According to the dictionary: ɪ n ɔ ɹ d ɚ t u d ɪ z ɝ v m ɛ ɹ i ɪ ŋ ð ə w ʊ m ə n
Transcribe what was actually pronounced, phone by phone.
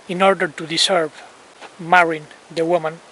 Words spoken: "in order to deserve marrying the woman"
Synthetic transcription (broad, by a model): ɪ n ɔ ɹ d ɚ t u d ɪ s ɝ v m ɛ ɹ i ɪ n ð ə w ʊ m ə n